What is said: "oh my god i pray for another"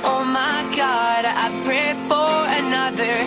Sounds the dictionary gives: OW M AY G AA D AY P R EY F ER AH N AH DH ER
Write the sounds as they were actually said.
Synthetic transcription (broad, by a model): OW M AY G AA D AY P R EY F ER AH N AH DH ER